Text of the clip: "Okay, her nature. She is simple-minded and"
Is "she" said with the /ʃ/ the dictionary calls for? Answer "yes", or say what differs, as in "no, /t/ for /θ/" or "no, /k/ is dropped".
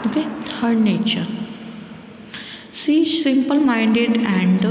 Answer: no, /s/ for /ʃ/